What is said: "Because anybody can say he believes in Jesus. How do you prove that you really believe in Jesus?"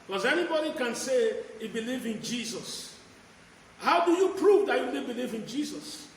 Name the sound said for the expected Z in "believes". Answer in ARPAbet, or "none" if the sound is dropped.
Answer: none